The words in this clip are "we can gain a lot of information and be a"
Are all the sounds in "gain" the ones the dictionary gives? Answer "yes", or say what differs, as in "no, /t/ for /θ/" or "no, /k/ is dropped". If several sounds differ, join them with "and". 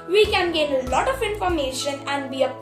yes